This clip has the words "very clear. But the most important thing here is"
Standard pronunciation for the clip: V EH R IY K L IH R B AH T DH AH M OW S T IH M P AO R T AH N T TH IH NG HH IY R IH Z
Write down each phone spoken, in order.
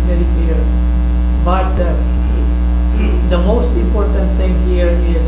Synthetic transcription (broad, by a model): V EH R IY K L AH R B AH T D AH M OW S T IH M P AO R T AH N T T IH NG HH IY R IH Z